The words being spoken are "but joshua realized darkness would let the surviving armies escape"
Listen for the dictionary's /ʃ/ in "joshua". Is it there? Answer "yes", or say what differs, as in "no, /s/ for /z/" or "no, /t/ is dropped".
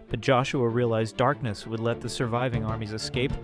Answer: yes